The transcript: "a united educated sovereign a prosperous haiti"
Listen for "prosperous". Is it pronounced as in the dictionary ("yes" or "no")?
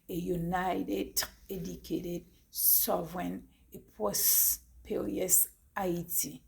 no